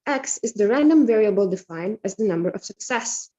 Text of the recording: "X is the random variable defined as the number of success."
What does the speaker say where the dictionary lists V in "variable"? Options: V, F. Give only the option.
V